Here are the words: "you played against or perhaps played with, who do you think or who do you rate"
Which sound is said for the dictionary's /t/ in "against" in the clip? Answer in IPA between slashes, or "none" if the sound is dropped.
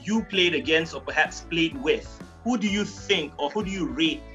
none